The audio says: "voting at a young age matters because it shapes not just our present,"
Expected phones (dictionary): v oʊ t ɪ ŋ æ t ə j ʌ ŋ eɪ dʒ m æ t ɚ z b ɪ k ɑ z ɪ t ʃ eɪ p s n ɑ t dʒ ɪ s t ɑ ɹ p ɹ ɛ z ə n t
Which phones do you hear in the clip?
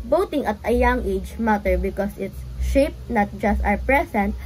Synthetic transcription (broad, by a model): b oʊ t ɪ ŋ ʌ t ə j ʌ ŋ eɪ dʒ m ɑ t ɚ b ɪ k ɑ s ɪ t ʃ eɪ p n ɑ t dʒ ɪ s t ɑ ɹ p ɹ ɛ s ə n t